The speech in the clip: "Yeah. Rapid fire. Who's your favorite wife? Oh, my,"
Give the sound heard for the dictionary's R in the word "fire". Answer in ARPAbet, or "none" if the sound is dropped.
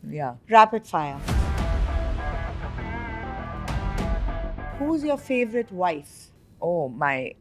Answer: L